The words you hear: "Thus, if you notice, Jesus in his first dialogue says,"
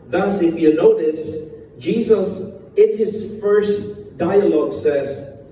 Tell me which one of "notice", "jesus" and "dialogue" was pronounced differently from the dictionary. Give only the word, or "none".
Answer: none